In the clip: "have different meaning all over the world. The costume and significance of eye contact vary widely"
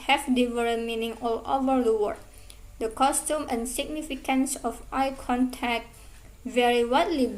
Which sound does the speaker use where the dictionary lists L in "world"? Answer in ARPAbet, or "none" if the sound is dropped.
none